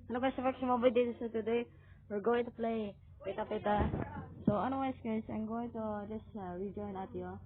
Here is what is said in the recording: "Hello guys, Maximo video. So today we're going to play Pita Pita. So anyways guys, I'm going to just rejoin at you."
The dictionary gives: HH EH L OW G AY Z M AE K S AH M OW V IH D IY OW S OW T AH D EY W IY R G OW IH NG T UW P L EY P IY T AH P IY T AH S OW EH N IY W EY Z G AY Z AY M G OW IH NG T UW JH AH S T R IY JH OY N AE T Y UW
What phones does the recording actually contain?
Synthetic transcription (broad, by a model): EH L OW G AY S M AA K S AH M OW B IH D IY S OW T AH D EY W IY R G OW IH NG T UW P L EY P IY T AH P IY T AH S OW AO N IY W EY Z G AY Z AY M G OW IH NG T UW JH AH S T R IY JH OY N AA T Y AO